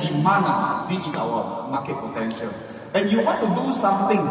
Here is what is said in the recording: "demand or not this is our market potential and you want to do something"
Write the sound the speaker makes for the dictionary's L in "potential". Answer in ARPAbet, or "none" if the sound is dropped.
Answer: N